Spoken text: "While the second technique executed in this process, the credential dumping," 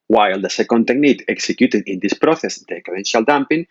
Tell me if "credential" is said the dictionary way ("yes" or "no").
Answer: no